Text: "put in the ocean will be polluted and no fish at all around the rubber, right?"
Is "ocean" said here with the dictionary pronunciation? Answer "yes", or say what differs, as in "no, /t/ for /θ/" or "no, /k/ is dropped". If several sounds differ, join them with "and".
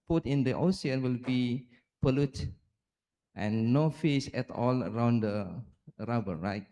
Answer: no, /s/ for /ʃ/